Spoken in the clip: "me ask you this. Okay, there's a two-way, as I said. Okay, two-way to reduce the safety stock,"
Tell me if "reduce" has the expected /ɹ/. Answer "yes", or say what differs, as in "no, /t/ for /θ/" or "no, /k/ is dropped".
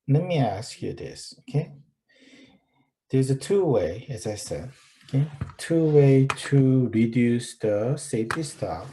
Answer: yes